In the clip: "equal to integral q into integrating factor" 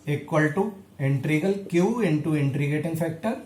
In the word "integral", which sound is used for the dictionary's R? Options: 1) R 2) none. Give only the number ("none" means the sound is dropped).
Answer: 2